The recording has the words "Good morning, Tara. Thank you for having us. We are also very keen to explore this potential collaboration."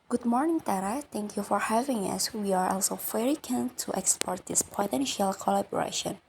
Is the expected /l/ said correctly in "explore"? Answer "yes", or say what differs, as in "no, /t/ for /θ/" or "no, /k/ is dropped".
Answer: no, /l/ is dropped